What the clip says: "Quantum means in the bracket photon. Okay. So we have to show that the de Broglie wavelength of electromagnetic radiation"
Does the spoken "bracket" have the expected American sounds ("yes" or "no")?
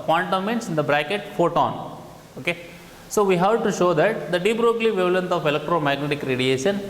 yes